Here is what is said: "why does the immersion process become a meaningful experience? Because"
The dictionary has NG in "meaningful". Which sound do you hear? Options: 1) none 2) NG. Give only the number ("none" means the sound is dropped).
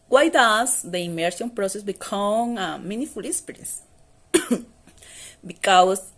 1